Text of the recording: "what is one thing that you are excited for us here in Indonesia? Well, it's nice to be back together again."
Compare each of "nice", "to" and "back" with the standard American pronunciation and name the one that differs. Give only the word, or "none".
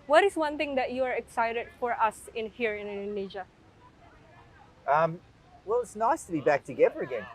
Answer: none